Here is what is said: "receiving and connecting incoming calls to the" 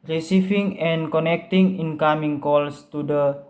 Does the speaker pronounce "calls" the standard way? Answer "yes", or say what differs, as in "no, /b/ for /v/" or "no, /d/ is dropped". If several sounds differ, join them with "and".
no, /s/ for /z/